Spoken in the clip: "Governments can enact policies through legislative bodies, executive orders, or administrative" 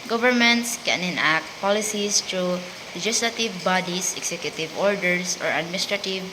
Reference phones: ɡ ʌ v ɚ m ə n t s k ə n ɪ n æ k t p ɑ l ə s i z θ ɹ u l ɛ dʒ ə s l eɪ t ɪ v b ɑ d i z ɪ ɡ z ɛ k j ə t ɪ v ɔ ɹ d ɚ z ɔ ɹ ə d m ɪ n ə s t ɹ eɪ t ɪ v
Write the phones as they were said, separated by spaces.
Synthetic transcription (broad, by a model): ɡ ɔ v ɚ m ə n t s k ə n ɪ n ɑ k t p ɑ l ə s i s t ɹ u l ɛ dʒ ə s l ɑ t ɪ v b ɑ d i s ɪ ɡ s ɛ k j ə t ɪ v ɔ ɹ d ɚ s ɔ ɹ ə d m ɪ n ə s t ɹ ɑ t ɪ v